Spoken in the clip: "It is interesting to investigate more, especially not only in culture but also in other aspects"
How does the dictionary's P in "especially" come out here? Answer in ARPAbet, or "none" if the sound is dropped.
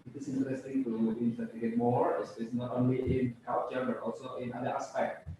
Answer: none